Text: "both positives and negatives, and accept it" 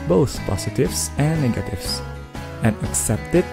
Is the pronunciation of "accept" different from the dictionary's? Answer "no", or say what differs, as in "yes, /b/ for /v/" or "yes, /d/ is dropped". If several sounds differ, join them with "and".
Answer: no